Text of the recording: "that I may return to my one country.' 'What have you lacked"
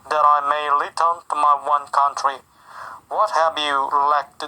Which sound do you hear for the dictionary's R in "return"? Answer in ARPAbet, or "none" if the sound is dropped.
L